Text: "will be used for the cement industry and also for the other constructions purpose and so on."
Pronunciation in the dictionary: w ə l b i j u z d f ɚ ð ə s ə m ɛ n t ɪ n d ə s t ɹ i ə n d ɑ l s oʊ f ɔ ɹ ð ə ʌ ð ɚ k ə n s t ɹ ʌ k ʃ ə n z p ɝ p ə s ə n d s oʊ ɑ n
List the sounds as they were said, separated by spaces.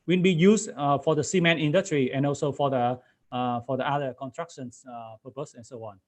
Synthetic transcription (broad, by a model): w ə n b i j u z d f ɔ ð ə s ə m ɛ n ɪ n d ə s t ɹ i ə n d ɑ l s oʊ f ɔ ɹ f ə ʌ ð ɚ k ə n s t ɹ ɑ k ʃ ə n s p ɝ p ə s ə n s oʊ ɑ n